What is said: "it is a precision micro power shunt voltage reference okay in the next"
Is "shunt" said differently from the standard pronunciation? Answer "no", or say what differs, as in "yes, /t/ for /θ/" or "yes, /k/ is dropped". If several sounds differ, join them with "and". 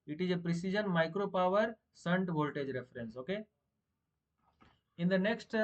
yes, /s/ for /ʃ/